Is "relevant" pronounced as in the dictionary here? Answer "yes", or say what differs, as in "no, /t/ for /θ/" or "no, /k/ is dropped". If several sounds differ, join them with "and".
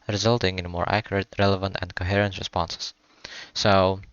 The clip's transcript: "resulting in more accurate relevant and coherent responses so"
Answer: yes